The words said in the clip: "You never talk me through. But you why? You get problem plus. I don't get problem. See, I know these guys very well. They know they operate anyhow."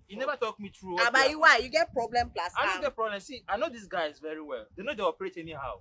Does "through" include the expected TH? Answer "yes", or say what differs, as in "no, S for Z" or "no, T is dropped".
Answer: no, T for TH